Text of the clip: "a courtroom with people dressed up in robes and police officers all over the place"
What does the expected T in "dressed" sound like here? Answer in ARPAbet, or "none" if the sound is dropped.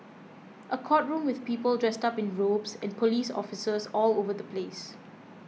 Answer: T